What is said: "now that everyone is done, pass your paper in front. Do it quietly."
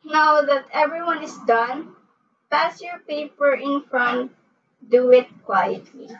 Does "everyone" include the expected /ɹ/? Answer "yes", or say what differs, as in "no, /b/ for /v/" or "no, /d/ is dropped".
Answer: yes